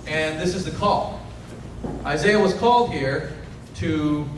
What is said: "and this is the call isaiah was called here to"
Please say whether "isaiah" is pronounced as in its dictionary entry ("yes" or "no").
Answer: yes